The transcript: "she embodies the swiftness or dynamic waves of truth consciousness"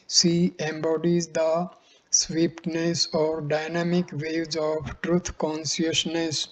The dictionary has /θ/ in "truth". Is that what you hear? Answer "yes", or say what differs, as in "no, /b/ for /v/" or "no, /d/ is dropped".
no, /t/ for /θ/